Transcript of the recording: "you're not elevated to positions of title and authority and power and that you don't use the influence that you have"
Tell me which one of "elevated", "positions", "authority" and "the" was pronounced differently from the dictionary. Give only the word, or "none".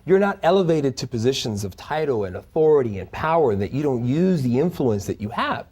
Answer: none